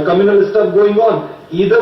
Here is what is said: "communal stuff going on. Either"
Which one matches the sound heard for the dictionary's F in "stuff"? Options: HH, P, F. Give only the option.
P